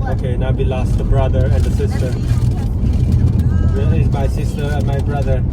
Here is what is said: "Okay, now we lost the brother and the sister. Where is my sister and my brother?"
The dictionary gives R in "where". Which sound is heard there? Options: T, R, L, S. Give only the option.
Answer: L